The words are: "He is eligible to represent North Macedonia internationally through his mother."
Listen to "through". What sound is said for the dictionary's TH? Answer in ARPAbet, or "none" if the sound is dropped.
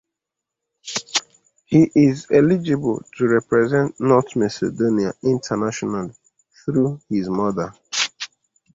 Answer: TH